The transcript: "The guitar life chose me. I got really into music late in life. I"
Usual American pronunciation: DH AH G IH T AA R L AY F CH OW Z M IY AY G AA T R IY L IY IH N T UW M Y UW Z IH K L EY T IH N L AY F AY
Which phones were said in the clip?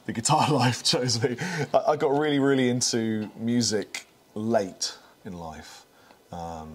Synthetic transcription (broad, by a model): DH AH G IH T AA L AY F CH OW Z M IY AY G AA T R IY L IY IH N T UW M Y UW Z IH K L EY T IH N L AY F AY